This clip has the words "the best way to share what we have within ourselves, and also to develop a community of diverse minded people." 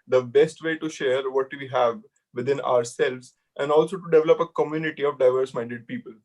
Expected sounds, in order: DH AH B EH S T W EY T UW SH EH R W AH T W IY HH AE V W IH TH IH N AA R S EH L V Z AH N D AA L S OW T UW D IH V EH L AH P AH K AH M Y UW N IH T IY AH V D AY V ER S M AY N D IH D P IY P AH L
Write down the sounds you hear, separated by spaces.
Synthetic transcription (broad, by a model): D AH B EH S T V EY T UW SH EH R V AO T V IY HH AE V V IH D IH N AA R S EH L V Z AH N D AA L S OW T UW D IH V EH L AH P AH K AH M Y UW N IH T IY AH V D AY V ER S M AY N D IH D P IY P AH L